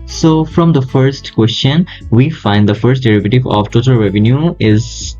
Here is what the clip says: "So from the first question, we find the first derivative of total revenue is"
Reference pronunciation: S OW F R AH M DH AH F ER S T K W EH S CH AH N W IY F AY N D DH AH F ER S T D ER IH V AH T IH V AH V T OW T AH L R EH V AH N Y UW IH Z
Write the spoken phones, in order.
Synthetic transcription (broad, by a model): S OW F R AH M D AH F ER S T K W EH S CH AH N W IY F AY N D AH F ER S T D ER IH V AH T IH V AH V T OW T AH L R EH V AH N Y UW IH Z